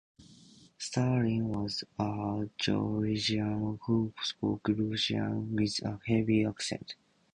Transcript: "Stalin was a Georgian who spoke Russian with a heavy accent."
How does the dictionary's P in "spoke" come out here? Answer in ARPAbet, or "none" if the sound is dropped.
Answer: F